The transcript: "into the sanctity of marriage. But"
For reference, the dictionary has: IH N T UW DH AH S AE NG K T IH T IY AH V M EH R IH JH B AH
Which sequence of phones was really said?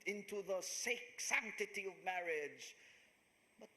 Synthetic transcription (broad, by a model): IH N T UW DH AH S AE NG K T IH T IY AH V M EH R IH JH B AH